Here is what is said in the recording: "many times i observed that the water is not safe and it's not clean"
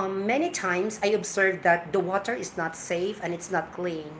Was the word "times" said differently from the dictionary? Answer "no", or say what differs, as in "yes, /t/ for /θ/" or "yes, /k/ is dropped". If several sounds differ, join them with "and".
yes, /s/ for /z/